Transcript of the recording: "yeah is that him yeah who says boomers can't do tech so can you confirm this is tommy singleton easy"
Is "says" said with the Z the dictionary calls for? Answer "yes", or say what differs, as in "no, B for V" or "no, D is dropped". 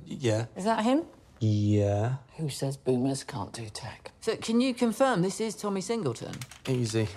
yes